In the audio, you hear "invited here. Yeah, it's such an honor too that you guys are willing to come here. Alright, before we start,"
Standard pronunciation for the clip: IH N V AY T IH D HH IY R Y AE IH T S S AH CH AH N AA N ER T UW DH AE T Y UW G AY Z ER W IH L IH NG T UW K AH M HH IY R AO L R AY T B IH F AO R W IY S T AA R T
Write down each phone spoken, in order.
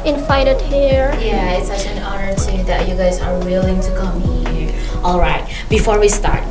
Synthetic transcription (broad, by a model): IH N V AY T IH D HH IY R Y AE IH T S S AH CH AH N AA N ER T UW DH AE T Y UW G AY Z ER W IH L IH NG T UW K AH M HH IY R AO L R AY T B IH F AO R W IY S T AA R T